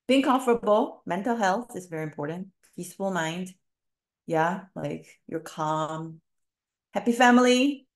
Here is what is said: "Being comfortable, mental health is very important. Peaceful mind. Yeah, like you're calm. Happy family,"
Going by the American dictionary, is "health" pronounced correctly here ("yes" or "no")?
yes